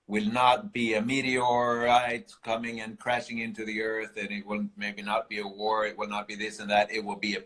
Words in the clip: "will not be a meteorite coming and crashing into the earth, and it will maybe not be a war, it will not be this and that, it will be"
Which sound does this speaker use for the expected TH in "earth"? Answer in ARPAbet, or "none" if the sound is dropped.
TH